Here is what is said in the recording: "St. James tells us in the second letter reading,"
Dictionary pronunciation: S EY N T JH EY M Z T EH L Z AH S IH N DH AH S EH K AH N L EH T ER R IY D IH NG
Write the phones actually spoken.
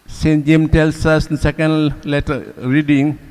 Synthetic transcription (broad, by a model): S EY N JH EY M T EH L S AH S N S EH K AH N L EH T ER R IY D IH NG